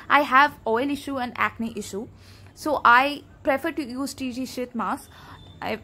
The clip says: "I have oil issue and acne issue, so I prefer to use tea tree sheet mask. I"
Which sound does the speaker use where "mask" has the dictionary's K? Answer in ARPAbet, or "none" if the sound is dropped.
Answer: none